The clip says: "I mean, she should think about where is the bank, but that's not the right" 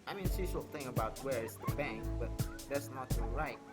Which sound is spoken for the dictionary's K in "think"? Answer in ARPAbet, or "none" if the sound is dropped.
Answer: none